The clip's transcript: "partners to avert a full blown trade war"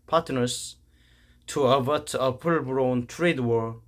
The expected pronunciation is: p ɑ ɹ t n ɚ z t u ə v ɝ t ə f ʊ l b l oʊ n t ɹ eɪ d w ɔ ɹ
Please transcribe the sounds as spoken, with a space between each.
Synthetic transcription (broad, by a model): p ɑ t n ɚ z t u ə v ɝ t ə p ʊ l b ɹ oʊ n t ɹ eɪ d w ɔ ɹ